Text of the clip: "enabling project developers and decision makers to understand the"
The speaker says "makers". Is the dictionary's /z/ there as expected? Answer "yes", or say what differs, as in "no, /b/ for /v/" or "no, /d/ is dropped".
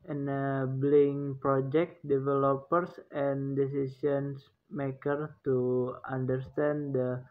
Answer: no, /z/ is dropped